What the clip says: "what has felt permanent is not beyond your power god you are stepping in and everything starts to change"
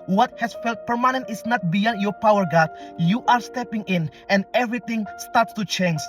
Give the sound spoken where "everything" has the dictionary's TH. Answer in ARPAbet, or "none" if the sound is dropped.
T